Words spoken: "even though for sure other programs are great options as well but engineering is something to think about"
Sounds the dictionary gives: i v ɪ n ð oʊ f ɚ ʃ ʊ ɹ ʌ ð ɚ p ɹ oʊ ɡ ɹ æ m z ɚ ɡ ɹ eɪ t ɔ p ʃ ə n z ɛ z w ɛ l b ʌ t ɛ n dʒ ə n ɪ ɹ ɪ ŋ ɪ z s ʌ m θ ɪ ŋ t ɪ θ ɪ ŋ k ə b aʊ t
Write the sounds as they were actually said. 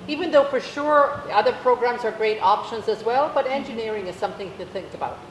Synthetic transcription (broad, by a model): i v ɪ n ð oʊ f ɚ ʃ ʊ ɹ ʌ ð ɚ p ɹ oʊ ɡ ɹ æ m z ɚ ɡ ɹ eɪ t ɔ p ʃ ə n z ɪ z w ɛ l b ʌ t ɛ n dʒ ə n ɪ ɹ ɪ ŋ ɪ z s ʌ m θ ɪ ŋ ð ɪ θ ɪ ŋ k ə b aʊ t